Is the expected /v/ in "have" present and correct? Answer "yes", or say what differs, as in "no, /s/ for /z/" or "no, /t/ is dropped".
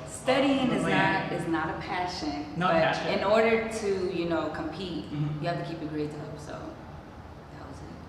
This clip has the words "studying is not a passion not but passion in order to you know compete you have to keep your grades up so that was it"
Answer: no, /f/ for /v/